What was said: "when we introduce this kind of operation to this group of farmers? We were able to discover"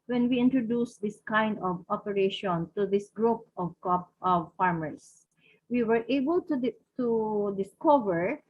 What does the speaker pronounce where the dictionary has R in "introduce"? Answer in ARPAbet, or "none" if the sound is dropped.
R